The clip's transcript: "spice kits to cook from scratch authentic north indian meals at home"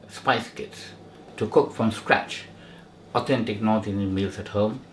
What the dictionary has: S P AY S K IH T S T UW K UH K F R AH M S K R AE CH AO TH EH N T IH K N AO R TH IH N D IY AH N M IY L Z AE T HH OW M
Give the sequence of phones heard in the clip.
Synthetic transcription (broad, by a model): S P AY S K IH T S T UW K UH K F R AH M S K R AE CH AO T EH N T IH K N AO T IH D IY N M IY L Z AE T HH OW M